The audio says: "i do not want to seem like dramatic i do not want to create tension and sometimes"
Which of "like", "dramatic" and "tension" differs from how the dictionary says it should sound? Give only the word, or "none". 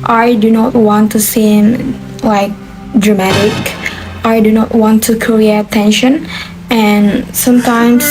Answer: none